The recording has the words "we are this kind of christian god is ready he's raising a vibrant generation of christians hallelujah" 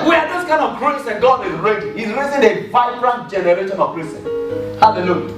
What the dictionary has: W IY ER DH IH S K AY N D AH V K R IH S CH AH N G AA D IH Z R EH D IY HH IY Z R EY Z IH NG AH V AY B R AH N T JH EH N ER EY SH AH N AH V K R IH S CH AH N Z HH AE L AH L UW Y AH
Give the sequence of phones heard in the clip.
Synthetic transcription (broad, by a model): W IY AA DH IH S K AY N D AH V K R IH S AH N G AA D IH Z R EH D IY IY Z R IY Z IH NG AH V AY B R AH N T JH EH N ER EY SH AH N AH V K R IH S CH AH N HH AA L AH L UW Y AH